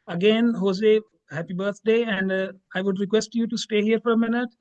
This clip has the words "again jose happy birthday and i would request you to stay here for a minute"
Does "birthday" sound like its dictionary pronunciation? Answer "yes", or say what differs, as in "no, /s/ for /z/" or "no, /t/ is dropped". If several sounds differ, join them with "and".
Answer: no, /t/ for /θ/